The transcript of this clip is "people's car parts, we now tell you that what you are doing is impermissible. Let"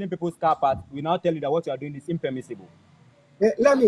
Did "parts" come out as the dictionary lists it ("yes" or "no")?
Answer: no